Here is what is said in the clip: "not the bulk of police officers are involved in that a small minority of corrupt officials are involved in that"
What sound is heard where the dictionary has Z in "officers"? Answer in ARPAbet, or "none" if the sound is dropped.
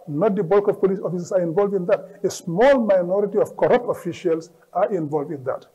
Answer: S